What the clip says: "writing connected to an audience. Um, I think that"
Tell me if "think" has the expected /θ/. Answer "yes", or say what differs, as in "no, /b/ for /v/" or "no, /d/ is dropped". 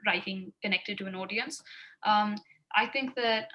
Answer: yes